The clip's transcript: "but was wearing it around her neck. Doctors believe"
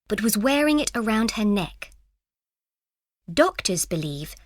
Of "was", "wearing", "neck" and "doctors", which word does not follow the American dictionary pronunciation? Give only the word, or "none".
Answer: none